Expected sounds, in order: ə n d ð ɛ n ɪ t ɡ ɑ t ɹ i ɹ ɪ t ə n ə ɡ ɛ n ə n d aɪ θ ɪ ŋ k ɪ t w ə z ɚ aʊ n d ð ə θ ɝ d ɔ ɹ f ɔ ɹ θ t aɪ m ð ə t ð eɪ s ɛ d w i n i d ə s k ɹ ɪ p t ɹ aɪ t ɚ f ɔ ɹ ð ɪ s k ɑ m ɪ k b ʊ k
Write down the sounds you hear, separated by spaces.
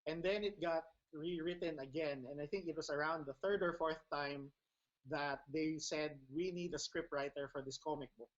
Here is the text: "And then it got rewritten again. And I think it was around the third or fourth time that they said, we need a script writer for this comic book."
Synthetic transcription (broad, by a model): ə n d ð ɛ n ɪ t ɡ ɑ t ɹ i ɹ ɪ t ə n ə ɡ ɛ n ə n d aɪ θ ɪ ŋ k ɪ t w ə s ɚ aʊ n d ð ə θ ɝ d ɔ ɹ f ɔ ɹ θ t aɪ m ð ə t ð eɪ s ɛ d w i n i d ə s k ɹ ɪ p t ɹ aɪ t ɚ f ɔ ɹ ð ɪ s k ɑ m ɪ k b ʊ k